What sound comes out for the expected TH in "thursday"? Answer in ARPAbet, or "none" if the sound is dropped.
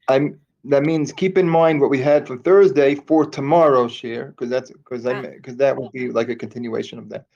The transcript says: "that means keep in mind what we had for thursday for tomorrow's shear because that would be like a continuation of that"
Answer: TH